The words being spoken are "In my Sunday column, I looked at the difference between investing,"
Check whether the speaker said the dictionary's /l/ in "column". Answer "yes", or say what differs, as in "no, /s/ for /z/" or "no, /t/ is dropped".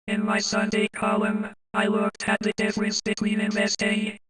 no, /l/ is dropped